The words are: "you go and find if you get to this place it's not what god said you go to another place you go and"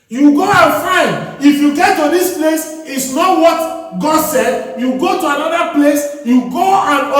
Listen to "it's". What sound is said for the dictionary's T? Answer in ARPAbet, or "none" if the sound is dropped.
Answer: T